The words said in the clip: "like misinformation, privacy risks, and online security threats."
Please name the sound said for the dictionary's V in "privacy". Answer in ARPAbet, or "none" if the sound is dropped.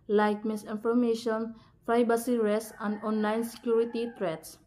B